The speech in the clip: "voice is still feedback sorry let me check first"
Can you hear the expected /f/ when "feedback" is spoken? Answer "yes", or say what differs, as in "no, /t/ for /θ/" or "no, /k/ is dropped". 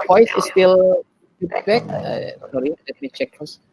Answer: no, /p/ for /f/